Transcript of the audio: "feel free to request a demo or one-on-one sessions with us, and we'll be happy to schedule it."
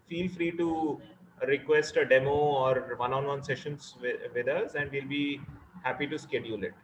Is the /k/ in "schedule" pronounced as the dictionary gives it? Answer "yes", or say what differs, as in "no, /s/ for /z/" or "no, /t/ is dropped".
yes